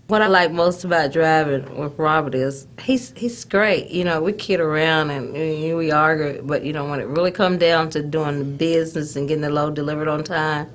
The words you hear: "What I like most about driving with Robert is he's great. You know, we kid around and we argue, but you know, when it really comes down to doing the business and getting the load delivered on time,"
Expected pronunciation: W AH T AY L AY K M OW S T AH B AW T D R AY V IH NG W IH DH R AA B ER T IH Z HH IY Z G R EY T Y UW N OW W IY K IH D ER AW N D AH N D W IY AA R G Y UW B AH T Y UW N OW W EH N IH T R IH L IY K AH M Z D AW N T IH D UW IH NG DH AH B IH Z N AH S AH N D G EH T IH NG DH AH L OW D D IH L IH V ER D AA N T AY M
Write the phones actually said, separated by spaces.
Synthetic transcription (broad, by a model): W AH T AY L AY K M OW S T AH B AW T D R AY V IH NG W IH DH R AA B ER T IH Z HH IY Z G R EY T Y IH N OW W IY K IH D ER AW N D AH N W IY AA R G Y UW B AH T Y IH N OW W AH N IH T R IH L IY K AH M D AW N T IH D UW IH NG DH AH B IH Z N AH S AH N G EH T IH NG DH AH L OW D D IH L IH V ER D N T AY M